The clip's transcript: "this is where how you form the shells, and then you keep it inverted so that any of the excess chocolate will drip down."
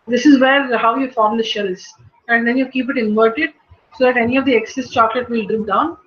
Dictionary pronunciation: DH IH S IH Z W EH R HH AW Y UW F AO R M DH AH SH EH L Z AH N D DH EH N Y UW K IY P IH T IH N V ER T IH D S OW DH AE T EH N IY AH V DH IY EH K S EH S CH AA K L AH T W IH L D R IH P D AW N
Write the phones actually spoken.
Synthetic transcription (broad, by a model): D IH S IH Z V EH R HH AW Y UW F AO R M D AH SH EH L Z AH N D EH N Y UW K IY P IH T IH N V ER T IH D S OW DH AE T EH N IY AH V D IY EH K S EH S CH AA K L AH T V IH L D R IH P D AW N